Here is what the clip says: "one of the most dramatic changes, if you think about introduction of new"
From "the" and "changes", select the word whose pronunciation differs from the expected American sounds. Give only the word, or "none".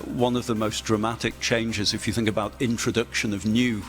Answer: none